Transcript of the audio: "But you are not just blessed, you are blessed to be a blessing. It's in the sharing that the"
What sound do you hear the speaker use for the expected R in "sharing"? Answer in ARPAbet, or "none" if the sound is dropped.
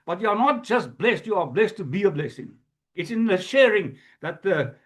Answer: R